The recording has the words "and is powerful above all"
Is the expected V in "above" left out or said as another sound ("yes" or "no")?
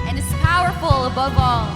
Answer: no